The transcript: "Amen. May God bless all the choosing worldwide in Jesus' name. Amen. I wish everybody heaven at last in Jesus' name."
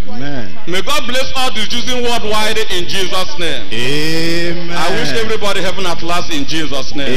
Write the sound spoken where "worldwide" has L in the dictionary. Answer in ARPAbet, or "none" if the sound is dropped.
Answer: none